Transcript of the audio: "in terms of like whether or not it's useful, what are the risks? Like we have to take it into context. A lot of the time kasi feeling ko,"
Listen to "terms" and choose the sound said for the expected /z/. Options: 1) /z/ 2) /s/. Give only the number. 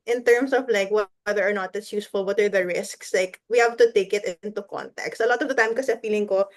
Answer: 2